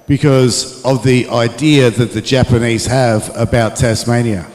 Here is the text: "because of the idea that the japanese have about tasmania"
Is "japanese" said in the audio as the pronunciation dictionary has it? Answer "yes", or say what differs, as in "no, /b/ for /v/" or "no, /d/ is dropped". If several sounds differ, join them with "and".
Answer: yes